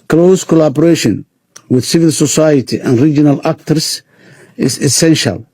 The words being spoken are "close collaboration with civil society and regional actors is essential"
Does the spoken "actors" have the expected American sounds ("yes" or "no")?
no